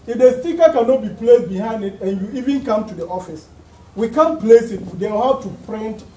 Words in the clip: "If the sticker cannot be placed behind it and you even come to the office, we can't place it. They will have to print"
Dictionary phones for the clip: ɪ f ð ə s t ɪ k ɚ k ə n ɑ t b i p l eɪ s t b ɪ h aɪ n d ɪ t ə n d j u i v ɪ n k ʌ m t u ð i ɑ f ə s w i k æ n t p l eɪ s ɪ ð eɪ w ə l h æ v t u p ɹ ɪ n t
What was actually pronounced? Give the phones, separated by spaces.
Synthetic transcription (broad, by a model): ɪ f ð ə s t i k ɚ k ə n ɑ t b i p l eɪ s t b ɪ h aɪ n d ɪ t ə n j u i v ɪ n k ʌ m t u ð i ɑ f ə s w i k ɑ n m p l eɪ s ɪ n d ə w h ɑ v t u p ɹ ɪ n t